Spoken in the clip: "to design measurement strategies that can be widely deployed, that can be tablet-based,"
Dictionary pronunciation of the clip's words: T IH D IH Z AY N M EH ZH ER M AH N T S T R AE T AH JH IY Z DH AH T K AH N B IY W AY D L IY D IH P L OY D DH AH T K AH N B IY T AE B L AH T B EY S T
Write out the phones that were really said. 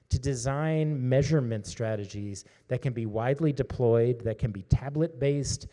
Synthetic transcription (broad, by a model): T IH D IH Z AY N M EH ZH ER M AH N T S T R AE T AH JH IY Z DH AH T K AH N B IY W AY D L IY D IH P L OY D DH AH T K AH N B IY T AE B L AH T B EY S T